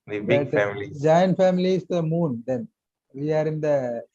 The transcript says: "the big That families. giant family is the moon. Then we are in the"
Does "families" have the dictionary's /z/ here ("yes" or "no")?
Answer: no